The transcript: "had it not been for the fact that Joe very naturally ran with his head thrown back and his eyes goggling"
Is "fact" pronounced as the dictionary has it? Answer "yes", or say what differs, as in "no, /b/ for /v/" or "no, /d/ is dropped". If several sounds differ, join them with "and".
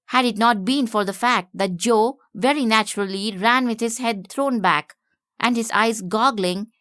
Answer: yes